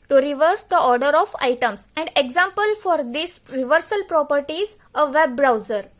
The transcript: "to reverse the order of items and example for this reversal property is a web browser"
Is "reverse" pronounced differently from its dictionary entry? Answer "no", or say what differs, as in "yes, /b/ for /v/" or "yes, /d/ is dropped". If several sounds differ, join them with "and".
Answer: no